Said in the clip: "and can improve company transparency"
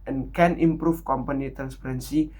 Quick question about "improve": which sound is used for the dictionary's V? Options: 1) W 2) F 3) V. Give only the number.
2